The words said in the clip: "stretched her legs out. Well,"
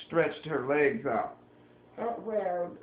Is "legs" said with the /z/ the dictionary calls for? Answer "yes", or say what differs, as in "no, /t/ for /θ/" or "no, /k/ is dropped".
yes